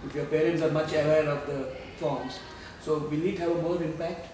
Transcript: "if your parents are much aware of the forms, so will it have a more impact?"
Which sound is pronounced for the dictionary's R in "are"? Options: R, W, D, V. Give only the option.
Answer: R